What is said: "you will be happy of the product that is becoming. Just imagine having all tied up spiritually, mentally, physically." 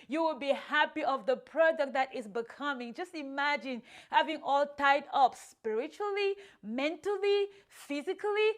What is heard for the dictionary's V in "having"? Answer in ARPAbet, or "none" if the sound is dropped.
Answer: V